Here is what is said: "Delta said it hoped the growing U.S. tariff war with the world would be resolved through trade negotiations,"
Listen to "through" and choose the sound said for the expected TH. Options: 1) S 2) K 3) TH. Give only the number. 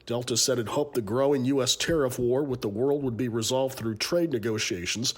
3